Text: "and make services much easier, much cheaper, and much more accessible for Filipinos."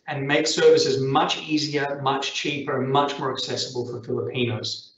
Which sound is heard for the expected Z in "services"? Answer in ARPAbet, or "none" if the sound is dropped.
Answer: Z